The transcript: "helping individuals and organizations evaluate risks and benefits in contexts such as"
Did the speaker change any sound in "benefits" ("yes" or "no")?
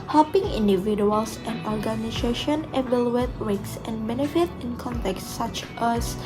yes